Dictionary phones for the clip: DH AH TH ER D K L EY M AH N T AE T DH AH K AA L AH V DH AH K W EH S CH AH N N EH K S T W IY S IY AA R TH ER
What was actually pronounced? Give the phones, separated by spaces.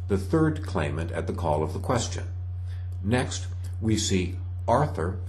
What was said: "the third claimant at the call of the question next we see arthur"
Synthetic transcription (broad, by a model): DH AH TH ER D K L EY M AH N T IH T DH AH K AA L AH V DH AH K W EH S CH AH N N EH K S T W IY S IY AA R TH ER